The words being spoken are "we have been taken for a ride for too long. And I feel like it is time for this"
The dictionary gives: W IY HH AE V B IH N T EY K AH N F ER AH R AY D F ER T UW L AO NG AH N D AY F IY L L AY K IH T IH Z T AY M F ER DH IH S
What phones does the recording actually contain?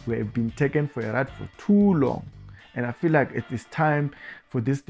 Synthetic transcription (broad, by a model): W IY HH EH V B IH N T EY K AH N F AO AH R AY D F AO T UW L AO NG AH N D AY F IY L L AY K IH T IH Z T AY M F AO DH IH S